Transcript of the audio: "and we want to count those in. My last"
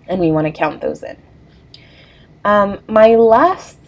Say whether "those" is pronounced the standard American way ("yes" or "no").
yes